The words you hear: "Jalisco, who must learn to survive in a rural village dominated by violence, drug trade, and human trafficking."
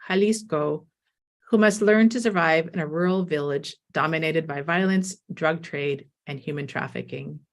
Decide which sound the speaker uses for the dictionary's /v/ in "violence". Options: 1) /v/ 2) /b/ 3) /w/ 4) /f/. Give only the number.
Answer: 1